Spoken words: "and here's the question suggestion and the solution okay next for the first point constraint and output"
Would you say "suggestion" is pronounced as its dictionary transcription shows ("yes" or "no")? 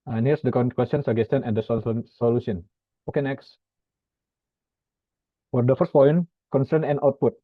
no